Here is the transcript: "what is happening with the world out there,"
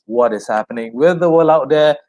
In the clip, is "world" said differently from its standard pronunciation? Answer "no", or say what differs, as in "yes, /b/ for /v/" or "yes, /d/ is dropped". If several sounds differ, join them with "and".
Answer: yes, /d/ is dropped